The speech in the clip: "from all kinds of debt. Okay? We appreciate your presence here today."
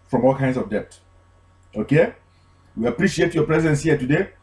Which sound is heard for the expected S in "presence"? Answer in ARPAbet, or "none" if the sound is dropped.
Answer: S